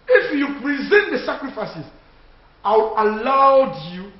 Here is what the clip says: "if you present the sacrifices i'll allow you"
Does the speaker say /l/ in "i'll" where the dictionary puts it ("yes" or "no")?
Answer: no